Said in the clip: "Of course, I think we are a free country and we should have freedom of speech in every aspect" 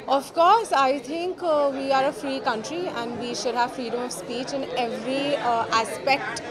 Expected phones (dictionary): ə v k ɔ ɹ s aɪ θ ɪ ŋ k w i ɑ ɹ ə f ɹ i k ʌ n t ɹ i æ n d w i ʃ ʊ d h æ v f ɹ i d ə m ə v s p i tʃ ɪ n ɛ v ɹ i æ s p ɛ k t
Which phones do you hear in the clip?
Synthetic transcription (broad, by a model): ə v k ɔ ɹ s aɪ t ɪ ŋ k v i ɑ ɹ ə f ɹ i k ʌ n t ɹ i æ n d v i ʃ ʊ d h æ v f ɹ i d ə m ə v s p i tʃ ɪ n ɛ v ɹ i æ s p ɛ k t